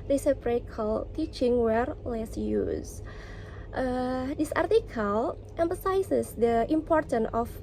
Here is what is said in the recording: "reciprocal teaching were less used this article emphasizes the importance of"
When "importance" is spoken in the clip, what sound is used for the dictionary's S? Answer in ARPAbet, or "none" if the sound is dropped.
none